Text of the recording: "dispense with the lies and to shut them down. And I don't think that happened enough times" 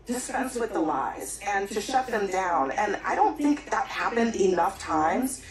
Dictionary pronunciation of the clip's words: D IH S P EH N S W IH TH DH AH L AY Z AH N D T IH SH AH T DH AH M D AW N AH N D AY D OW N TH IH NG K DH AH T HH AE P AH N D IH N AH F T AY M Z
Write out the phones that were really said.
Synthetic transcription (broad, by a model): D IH S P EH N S W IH DH AH L AY Z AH N T IH SH AH T DH AH M D AW N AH N AY D OW N TH IH NG K DH AH T HH AE P AH N D IH N AH F T AY M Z